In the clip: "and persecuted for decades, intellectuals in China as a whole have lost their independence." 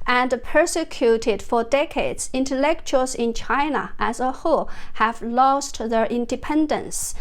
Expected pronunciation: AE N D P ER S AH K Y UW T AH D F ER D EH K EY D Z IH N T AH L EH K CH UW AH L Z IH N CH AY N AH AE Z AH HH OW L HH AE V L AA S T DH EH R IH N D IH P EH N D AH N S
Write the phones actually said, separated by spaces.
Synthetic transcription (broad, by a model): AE N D P ER S AH K Y UW T AH D F ER D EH K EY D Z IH N T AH L EH K CH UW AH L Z IH N CH AY N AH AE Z AH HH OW HH AE V L AA S T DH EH R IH N D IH P EH N D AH N S